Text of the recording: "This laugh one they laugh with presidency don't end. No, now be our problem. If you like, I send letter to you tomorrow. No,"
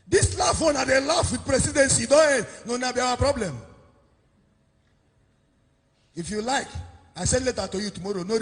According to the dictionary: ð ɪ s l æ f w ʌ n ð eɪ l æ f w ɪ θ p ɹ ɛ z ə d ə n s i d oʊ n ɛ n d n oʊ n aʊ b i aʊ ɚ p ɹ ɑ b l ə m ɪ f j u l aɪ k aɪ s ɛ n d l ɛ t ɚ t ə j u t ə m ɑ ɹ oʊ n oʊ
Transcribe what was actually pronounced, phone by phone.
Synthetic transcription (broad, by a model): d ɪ s l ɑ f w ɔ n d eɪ l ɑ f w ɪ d p ɹ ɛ s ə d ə n s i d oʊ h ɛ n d n oʊ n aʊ b i aʊ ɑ p ɹ ɑ b l ə m ɪ f j u l aɪ k aɪ s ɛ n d l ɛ t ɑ t ə j u t ə m ɑ ɹ oʊ n oʊ